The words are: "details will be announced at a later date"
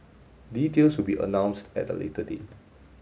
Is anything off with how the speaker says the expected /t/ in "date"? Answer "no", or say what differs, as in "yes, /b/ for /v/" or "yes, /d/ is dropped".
yes, /t/ is dropped